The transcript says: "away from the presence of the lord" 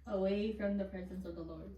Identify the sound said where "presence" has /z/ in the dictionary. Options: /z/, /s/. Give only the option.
/z/